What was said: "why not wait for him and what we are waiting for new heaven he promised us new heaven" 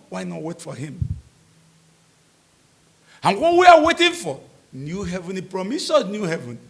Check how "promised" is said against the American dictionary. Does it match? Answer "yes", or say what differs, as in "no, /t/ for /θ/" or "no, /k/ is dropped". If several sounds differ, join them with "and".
no, /t/ is dropped